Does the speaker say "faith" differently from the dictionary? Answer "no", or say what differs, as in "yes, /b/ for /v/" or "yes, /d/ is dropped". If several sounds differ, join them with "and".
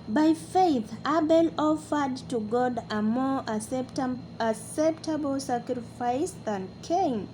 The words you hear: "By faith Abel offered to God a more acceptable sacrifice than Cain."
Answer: no